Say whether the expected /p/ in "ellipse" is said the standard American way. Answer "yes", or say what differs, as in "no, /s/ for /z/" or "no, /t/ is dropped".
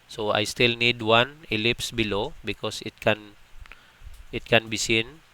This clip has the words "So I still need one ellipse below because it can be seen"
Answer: yes